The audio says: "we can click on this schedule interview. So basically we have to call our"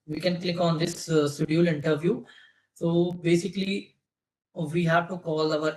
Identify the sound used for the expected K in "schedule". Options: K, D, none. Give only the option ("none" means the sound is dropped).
none